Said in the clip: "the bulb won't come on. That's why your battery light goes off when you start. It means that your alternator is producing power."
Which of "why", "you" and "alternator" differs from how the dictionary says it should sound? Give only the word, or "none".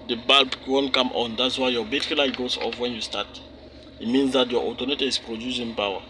alternator